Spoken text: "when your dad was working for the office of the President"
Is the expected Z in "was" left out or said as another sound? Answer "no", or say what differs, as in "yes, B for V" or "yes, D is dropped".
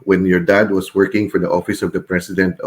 yes, S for Z